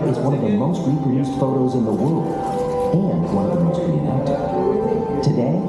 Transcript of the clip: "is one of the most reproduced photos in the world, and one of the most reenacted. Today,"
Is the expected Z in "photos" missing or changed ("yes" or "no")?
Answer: no